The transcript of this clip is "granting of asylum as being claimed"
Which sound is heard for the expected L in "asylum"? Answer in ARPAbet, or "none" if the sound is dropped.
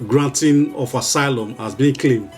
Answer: L